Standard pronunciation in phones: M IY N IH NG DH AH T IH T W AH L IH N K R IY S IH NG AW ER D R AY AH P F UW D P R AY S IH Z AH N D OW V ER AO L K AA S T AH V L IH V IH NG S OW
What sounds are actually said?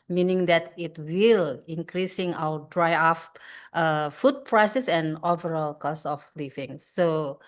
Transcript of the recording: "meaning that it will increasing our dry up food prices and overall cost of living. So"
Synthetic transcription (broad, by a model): M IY N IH NG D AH T IH T W AH L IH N K R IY S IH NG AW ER D R AY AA F F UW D P R AY S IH S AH N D OW V ER AO L K AA S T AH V L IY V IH NG S OW